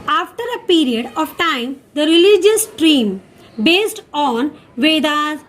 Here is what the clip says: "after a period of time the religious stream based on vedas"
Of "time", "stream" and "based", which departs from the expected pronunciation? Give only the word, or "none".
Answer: none